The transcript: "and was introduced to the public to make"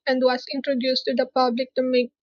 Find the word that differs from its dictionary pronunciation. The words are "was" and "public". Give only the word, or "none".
was